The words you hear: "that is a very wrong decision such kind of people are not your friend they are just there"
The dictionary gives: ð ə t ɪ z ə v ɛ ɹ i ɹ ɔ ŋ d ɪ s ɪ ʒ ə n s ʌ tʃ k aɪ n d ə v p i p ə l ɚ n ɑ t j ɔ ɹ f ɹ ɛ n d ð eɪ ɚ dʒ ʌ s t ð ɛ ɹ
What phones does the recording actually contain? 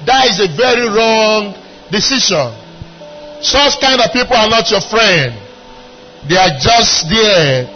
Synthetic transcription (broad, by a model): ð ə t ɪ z ə v ɛ ɹ i ɹ ɔ ŋ d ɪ s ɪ ʃ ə n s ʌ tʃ k aɪ n d ə v p i p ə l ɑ n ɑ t j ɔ f ɹ ɛ n d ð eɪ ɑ dʒ ʌ s t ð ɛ